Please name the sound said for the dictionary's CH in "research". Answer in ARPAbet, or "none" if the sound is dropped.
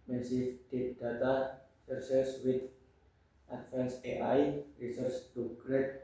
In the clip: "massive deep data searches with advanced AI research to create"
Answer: S